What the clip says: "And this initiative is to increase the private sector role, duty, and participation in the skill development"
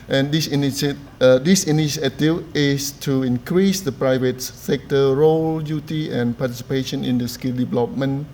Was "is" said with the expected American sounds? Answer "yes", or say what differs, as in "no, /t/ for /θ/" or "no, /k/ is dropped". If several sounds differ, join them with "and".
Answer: no, /s/ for /z/